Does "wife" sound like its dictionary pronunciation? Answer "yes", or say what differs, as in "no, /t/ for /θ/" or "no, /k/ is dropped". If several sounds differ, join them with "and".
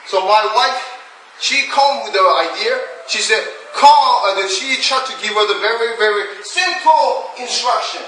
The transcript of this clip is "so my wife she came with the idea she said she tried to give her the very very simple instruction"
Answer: yes